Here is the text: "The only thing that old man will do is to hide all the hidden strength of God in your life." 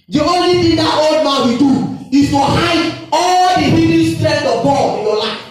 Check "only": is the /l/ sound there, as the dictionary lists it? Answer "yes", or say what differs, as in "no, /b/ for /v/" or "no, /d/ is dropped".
yes